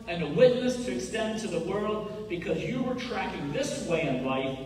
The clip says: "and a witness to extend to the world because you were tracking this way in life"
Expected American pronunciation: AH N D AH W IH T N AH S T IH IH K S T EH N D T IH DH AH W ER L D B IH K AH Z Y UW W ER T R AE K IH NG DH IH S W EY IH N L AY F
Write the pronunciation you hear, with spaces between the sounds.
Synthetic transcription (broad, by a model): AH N AH W IH T N AH S T IH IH K S T EH N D T IH DH AH W ER L D B IH K AH Z Y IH W ER T R AE K IH NG DH IH S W EY IH N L AY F